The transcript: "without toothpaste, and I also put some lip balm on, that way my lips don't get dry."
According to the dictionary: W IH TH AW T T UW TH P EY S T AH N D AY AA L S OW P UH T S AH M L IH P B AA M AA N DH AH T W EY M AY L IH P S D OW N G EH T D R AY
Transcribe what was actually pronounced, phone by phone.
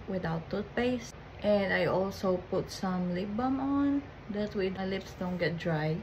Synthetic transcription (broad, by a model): W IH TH AW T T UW T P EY S T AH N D AY AA L S OW P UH T S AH M L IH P B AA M AA N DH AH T W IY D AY L IH P S D OW N G EH T D R AY